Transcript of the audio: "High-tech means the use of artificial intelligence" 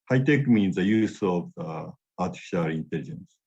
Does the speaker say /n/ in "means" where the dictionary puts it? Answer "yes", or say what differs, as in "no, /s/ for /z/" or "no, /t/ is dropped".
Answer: yes